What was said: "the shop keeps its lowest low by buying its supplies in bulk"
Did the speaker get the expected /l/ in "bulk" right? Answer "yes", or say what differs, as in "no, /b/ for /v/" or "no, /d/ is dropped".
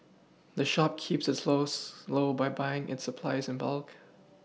yes